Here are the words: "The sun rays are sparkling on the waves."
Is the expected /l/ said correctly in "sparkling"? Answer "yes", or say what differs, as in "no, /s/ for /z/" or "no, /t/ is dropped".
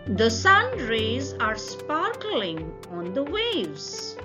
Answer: yes